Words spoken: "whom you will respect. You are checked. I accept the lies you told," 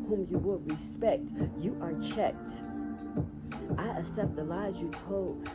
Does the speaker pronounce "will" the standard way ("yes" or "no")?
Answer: yes